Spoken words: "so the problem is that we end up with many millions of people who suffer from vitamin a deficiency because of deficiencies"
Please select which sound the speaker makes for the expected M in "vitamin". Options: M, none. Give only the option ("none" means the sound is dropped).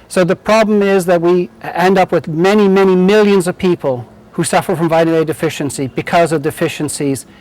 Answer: none